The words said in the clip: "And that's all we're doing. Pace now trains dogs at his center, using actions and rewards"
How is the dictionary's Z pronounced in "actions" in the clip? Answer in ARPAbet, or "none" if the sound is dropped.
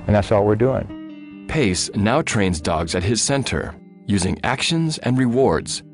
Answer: Z